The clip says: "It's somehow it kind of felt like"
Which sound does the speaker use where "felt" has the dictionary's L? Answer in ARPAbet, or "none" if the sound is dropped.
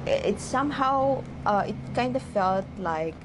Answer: L